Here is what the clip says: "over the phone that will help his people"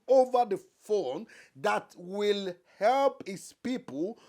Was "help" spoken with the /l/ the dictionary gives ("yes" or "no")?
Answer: yes